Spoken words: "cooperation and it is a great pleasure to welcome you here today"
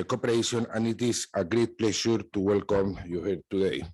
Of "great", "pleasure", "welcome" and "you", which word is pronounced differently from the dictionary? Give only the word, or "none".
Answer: pleasure